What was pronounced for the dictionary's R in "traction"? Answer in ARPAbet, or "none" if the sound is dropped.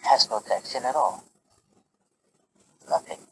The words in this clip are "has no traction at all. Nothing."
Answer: none